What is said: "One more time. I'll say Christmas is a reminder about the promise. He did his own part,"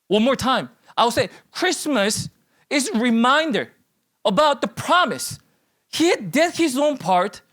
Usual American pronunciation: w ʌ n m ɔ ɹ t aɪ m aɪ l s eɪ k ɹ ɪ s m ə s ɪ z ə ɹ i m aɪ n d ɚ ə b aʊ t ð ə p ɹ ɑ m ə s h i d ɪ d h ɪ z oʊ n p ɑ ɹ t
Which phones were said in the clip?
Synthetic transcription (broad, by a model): w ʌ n m ɔ ɹ t aɪ m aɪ w s eɪ k ɹ ɪ s m ə s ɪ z ɹ i m aɪ n d ɚ ə b aʊ t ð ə p ɹ ɑ m ə s h i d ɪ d h ɪ z oʊ n p ɑ ɹ t